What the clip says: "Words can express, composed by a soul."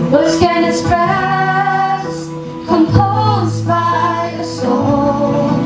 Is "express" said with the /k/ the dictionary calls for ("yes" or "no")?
no